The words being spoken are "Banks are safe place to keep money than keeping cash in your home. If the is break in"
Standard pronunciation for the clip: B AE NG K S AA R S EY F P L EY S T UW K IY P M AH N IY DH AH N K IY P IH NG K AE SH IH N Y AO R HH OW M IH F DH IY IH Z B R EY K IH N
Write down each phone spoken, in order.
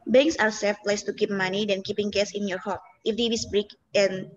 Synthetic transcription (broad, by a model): B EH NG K S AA W S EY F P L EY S T UW K IY P M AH N IY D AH N K IY P IH NG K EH S IH N Y AO R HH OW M IH F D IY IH S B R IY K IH N